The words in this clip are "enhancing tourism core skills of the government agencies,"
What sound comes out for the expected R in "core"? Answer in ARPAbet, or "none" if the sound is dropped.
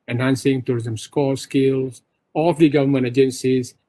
L